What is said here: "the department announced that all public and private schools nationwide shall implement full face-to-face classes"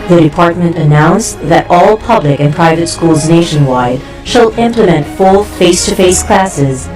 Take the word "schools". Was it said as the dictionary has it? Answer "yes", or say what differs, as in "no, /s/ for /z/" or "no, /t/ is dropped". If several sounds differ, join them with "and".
yes